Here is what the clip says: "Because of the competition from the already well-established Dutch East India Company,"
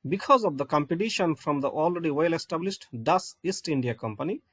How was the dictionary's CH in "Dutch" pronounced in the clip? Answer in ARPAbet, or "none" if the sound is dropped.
S